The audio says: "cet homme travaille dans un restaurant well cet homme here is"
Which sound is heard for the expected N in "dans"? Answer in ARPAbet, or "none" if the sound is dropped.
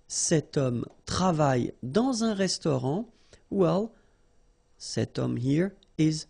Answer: none